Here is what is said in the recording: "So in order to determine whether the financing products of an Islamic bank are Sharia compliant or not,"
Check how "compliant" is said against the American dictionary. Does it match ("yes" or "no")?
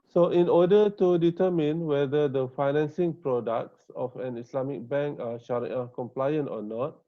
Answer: yes